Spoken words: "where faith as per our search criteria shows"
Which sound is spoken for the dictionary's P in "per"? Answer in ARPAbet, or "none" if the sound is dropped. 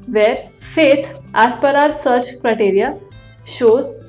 P